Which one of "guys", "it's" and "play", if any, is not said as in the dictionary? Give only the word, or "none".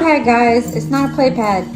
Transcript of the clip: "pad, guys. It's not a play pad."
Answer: none